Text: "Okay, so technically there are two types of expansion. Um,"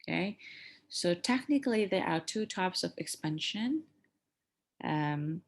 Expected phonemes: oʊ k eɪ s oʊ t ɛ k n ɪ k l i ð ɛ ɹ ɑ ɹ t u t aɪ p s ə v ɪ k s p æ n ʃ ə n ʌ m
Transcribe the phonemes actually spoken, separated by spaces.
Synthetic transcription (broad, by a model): k eɪ s oʊ t ɛ k n ɪ k l i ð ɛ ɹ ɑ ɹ t u t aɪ p s ə v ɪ k s p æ n ʃ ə n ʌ m